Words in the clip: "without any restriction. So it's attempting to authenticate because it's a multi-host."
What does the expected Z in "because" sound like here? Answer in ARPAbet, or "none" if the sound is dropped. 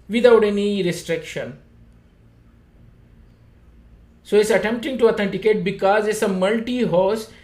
Z